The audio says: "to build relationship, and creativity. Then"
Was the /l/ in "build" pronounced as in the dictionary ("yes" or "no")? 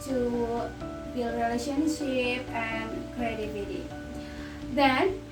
no